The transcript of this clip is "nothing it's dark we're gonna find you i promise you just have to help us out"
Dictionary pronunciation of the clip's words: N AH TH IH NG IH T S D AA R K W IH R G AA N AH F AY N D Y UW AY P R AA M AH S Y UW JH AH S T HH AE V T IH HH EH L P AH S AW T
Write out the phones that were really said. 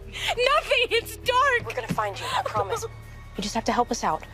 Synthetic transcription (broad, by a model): N AH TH IH NG IH T S D AA R K W IH R G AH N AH F AY N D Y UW P R AA M AH S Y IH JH AH S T HH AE F T IH HH EH L P AH S AW T